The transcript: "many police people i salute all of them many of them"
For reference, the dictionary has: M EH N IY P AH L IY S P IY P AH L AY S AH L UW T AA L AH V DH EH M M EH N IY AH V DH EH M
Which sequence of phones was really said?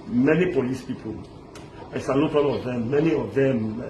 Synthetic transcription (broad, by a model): M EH N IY P AH L IY S P IY P AH L AY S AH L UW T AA N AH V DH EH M M EH N IY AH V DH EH M